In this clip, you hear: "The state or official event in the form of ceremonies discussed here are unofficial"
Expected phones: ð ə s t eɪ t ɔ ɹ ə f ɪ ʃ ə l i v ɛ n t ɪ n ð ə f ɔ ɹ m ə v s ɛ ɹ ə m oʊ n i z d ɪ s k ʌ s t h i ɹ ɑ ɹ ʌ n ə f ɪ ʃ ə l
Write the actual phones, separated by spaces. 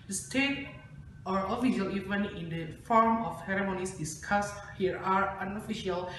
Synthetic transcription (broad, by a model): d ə s t eɪ t ɔ ɹ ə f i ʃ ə l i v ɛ n ɪ n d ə f ɔ ɹ m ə f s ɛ ɹ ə m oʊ n i s d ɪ s k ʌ s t h i ɹ ɑ ɹ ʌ n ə f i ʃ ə l